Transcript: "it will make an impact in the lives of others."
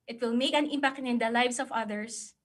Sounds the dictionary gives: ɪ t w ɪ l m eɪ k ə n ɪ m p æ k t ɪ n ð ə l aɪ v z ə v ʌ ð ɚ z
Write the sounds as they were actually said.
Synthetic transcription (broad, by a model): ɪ t w ɪ l m eɪ k ə n ɪ m p æ k t ɪ n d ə l aɪ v s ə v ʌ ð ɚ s